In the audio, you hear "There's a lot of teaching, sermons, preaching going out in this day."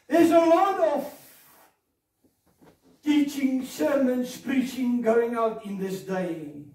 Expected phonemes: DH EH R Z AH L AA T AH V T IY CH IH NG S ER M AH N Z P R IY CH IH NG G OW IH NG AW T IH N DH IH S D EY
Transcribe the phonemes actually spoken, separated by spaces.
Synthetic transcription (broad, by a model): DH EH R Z AH L AA T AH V T IY CH IH NG S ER M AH N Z P R IY CH IH NG G OW IH NG AW T IH N DH IH S D EY